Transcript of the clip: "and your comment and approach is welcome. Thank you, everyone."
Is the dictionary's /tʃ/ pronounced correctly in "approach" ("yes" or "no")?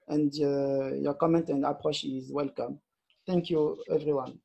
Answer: no